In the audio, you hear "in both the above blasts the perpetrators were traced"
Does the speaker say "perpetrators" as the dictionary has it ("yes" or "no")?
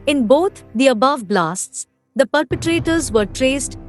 yes